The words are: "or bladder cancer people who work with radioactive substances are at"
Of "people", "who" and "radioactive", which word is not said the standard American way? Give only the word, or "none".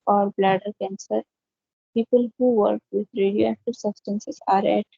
radioactive